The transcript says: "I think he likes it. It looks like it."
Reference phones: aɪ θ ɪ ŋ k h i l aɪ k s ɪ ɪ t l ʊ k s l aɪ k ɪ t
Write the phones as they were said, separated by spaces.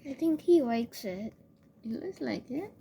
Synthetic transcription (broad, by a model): aɪ θ ɪ ŋ k h i w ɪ k s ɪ ɪ t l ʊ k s l aɪ k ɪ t